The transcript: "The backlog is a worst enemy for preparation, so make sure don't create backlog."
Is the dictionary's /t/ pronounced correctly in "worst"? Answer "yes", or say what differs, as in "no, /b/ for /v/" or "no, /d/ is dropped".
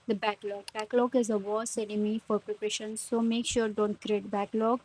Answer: no, /t/ is dropped